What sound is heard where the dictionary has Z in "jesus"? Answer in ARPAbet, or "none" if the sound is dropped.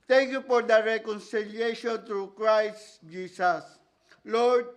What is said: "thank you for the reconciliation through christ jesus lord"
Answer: S